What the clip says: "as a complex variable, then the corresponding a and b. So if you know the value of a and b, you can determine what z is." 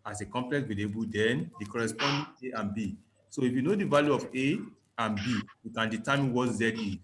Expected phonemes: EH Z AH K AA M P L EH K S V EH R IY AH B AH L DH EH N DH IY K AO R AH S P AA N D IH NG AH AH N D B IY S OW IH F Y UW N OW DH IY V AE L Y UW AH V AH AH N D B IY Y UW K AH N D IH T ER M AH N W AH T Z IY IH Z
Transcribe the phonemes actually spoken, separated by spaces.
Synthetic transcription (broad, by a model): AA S AH K AA M P L EH K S W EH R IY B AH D EH N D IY K AO R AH S P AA N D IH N AH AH N B IY S OW IH F Y UW N OW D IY V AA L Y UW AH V AH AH N B IY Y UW K AH N D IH T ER M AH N W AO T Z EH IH